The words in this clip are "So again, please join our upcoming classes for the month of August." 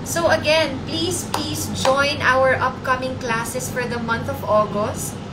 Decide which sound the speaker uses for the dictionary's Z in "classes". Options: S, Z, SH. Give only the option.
S